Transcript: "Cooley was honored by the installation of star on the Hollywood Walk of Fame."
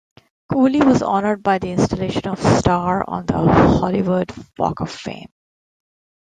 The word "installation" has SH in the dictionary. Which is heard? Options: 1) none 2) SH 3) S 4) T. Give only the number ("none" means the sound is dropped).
2